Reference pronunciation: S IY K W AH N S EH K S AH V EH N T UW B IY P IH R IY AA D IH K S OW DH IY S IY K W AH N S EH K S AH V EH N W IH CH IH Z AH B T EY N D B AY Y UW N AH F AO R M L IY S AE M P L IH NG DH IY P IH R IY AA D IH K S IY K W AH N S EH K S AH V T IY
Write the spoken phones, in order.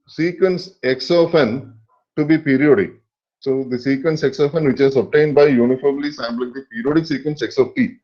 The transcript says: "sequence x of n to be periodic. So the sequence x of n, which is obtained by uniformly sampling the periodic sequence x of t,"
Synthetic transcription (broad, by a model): S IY K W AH N S EH K S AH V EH N T UW B IY P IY R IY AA D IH K S OW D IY S IY K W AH N S EH K S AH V EH N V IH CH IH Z AH B T EY N D B AY Y UW N AH F AO R M L IY S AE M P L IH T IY P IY R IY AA D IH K S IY K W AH N S EH K S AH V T IY